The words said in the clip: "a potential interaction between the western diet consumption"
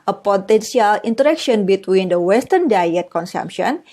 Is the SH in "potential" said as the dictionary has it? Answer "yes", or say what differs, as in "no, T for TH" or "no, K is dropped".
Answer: no, S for SH